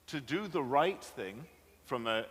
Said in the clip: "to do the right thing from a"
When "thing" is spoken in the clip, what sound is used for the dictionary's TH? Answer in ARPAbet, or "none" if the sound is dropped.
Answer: TH